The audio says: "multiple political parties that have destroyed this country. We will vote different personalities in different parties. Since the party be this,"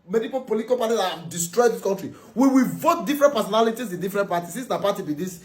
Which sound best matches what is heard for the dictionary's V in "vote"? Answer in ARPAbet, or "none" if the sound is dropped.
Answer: V